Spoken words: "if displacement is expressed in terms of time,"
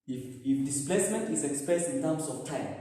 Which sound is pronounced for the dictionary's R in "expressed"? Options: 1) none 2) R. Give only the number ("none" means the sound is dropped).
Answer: 1